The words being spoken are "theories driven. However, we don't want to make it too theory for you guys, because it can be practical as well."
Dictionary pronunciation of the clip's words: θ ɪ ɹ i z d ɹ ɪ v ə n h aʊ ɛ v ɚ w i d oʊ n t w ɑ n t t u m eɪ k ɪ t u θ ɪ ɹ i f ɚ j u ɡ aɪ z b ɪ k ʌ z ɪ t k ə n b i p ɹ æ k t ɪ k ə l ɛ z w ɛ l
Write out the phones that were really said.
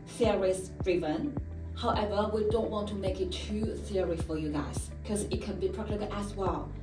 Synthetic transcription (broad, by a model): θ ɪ ɹ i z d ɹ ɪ v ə n h aʊ ɛ v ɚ w i d oʊ n t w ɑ n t t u m eɪ k ɪ t u s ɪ ɹ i f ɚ j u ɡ aɪ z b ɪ k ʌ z ɪ t k ə n b i p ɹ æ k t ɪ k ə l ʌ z w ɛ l